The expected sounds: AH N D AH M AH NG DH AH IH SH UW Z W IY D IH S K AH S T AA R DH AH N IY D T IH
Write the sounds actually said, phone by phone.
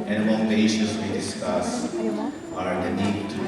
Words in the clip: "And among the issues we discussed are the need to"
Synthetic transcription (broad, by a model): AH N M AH UH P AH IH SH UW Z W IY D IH S K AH S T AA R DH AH N IY D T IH